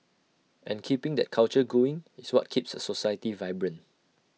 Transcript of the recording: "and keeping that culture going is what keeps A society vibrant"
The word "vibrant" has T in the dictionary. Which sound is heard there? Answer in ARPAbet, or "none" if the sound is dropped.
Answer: none